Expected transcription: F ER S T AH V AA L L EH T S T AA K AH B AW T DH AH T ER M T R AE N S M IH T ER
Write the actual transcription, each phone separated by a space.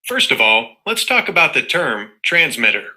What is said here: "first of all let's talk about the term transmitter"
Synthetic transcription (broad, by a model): F ER S T AH V AA L L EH T S T AA K AH B AW T DH AH T ER M T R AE N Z M IH T ER